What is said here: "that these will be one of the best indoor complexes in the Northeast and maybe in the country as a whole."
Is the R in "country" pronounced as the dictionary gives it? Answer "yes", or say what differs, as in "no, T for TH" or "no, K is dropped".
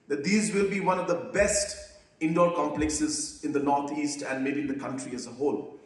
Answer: yes